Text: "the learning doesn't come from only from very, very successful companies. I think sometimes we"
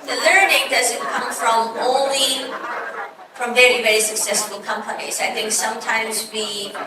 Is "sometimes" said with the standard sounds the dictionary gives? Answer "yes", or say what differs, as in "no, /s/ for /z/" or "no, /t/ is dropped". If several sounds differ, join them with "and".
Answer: yes